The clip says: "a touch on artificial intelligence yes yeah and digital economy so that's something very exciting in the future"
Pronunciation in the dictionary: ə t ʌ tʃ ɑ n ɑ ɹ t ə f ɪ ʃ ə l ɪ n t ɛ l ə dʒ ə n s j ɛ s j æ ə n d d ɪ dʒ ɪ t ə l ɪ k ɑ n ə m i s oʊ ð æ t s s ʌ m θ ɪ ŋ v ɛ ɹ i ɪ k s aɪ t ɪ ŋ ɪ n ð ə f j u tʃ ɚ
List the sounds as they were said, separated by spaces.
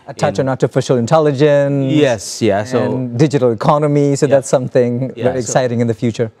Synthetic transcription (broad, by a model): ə t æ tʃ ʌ n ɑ t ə f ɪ ʃ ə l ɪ n t ɛ l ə dʒ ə n j ɛ s j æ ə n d d ɪ dʒ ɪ t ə l ɪ k ɑ n ə m i s oʊ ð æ t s s ʌ m θ ɪ ŋ v ɛ ɹ i ɪ k s aɪ t ɪ ŋ ɪ n ð ə f j u tʃ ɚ